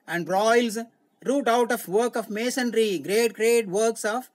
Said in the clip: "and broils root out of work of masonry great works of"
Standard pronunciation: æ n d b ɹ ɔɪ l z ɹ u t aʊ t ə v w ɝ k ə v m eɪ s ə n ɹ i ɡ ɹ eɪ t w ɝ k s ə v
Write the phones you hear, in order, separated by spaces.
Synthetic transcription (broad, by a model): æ n d ɹ ɔɪ l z ɹ u t aʊ t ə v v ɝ k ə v m eɪ s ə n ɹ i ɡ ɹ eɪ t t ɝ k s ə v